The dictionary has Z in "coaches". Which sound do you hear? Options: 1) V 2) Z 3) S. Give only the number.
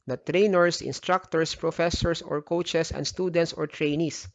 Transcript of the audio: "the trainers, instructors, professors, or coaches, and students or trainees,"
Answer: 3